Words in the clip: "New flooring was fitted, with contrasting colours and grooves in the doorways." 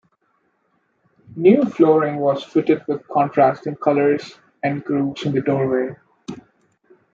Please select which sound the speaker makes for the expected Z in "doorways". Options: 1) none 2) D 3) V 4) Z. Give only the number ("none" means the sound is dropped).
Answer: 1